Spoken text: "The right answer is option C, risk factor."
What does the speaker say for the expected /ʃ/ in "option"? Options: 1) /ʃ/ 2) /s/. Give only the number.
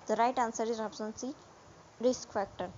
2